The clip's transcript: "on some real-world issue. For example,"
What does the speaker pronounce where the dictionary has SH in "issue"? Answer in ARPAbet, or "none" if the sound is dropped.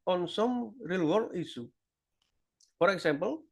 S